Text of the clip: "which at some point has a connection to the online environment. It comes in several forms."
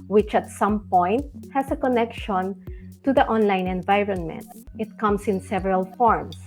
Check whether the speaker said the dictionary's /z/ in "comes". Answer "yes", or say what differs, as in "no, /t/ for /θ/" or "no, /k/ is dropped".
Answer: no, /s/ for /z/